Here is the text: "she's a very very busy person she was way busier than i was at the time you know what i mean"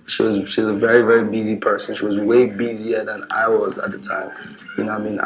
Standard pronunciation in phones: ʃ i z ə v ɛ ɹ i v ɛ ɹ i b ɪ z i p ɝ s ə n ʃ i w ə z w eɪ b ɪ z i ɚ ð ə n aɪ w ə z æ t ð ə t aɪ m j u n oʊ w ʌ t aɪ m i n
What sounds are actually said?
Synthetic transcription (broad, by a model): ʃ i z ə v ɛ ɹ i v ɛ ɹ i b ɪ z i p ɝ s ə n ʃ i w ə z w eɪ b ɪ z i ɚ ð ə n aɪ w ə z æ t ð ə t aɪ m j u n oʊ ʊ aɪ m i n